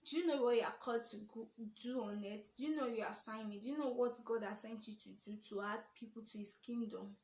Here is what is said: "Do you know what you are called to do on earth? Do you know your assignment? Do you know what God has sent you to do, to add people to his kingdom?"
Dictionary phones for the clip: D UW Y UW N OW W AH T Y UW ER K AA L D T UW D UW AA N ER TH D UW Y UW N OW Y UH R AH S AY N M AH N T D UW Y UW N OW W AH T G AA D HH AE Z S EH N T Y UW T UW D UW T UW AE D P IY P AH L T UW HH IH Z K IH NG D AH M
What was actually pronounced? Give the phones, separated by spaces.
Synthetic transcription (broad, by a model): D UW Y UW N OW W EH Y UW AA K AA D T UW D UW AA N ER T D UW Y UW N OW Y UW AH S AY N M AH D UW Y UW N OW W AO T G AA D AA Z S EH N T Y UW T UW D UW T UW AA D P IY P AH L T UW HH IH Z K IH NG D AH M